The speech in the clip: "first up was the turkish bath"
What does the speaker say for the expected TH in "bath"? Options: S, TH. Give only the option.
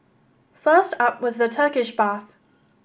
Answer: TH